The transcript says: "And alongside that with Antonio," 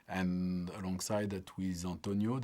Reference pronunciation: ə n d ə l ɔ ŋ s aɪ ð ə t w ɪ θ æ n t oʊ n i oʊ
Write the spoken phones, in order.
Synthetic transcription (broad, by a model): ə n ə l ɔ ŋ s aɪ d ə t w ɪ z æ n t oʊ n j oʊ